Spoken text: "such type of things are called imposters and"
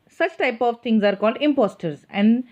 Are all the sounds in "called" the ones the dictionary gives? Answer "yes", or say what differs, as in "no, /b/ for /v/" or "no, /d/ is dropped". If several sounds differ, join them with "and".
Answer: yes